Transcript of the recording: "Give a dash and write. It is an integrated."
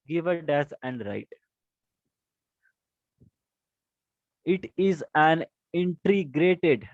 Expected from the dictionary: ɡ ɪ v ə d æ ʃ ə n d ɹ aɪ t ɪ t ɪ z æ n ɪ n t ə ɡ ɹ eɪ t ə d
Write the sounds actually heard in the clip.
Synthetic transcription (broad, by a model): ɡ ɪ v ə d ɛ s ə n d ɹ aɪ t ɪ t ɪ z æ n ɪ n t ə ɡ ɹ eɪ t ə d